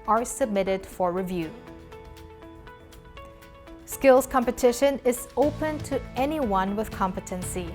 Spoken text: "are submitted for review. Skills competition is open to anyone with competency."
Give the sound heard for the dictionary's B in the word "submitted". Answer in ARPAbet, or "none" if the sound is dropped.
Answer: B